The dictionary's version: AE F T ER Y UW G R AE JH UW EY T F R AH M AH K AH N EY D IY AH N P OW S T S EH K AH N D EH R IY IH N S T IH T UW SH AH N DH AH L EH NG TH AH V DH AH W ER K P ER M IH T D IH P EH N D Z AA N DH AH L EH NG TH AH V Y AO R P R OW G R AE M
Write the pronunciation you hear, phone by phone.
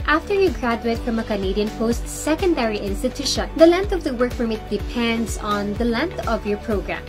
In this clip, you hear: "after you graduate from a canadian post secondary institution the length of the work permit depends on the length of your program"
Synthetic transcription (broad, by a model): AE F T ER Y UW G R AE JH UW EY T F R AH M AH K AH N EY D IY AH N P OW S T S EH K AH N D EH R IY IH N S T IH T UW SH AH N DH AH L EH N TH AH V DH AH W ER K F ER M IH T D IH P EH N D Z AA N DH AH L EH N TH AH V Y AO R P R OW G R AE M